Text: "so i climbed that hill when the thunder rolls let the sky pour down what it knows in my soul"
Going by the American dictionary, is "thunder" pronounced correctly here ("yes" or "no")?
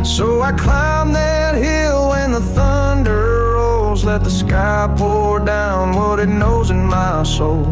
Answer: yes